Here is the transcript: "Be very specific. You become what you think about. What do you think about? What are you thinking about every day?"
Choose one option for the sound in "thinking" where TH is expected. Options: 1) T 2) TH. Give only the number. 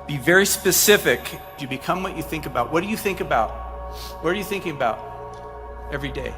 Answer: 2